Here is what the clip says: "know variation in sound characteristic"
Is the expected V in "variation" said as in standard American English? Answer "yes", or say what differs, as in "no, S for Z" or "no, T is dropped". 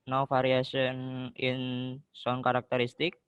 no, F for V